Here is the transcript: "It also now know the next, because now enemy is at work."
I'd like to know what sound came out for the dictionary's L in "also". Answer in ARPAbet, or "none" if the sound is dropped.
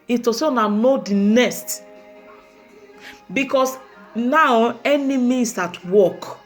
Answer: none